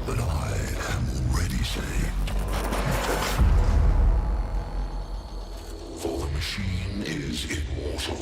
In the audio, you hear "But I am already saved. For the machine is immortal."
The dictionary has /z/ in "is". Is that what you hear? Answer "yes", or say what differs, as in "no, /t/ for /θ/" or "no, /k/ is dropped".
yes